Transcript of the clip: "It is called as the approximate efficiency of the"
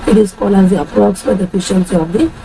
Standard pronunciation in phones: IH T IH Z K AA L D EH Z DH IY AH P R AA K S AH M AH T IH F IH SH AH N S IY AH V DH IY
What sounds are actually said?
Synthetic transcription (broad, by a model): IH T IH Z K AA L EH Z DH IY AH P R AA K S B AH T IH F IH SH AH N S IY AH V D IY